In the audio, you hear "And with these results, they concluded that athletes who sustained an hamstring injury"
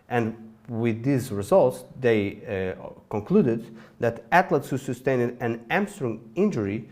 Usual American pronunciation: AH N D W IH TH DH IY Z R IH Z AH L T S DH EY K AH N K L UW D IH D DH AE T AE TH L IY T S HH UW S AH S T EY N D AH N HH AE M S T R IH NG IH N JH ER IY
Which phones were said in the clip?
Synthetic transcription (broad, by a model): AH N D W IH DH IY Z R IH Z AH L T S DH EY K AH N K L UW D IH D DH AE T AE T L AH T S HH UW S AH S T EY N D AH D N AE M S T R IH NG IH N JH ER IY